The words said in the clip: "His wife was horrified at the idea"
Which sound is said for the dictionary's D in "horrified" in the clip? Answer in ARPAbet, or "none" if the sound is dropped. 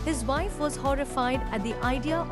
D